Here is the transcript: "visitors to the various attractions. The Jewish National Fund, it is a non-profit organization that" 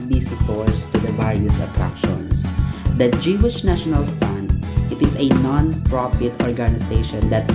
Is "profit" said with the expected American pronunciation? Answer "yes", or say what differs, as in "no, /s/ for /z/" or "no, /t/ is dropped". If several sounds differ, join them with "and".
no, /p/ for /f/